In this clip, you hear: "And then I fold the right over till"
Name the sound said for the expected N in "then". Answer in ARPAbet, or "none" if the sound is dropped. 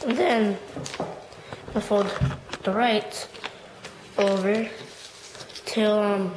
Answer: N